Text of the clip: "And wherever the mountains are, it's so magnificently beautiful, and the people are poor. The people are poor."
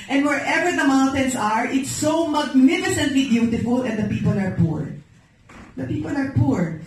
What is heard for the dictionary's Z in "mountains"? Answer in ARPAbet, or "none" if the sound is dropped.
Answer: S